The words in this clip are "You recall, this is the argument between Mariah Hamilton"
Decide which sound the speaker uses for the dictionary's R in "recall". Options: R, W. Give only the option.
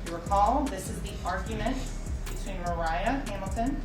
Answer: W